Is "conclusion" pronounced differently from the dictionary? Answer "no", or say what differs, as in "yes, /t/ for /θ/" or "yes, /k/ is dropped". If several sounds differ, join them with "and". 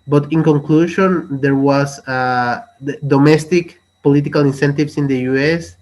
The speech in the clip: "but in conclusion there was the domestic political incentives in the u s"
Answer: yes, /ʃ/ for /ʒ/